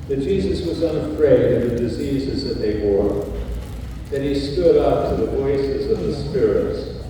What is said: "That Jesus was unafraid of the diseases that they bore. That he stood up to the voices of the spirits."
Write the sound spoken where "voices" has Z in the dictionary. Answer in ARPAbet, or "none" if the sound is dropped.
Z